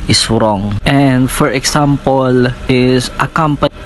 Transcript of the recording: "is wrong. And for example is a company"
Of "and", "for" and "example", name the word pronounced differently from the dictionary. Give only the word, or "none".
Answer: example